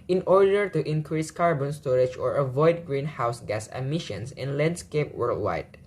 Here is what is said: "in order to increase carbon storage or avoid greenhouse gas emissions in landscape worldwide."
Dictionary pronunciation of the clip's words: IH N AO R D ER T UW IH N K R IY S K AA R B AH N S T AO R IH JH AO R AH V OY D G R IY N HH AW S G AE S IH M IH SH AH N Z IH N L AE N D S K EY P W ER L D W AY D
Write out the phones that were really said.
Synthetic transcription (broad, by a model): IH N AO R D ER T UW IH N K R IY S K AA R B AH N S T AO R IH JH AO R AH V OY D G R IY N HH AW S G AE S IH M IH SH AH N S IH N L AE N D S K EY P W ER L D W AY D